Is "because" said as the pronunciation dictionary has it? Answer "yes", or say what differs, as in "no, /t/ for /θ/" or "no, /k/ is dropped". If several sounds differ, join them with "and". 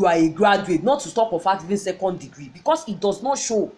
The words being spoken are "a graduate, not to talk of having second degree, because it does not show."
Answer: no, /s/ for /z/